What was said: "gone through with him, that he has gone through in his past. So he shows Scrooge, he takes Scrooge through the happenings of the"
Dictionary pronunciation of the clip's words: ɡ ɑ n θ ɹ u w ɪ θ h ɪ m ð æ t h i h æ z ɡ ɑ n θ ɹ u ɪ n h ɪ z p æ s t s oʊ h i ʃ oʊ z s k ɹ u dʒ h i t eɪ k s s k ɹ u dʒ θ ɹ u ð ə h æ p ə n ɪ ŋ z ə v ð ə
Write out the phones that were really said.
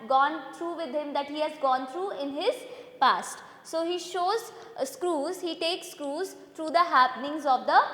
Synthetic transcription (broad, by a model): ɡ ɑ n t ɹ u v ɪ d h ɪ m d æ t h i h æ z ɡ ɑ n t ɹ u ɪ n h ɪ z p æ s t s oʊ h i ʃ oʊ z s k ɹ u z h i t eɪ k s s k ɹ u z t ɹ u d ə h æ p ə n ɪ ŋ z ə v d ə